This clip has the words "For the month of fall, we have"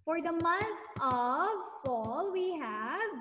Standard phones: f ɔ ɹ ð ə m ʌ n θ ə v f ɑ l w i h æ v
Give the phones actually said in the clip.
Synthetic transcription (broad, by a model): f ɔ ɹ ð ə m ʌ n t ə v f ɑ l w i h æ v